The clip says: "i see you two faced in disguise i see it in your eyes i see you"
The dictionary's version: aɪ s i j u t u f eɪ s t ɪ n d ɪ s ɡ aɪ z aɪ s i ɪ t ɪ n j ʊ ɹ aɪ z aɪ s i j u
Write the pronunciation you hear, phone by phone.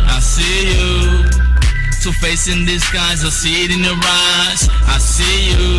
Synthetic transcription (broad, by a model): aɪ s i j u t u f eɪ s ɪ n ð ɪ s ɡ aɪ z aɪ s i ɪ t ɪ n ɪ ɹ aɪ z aɪ s i j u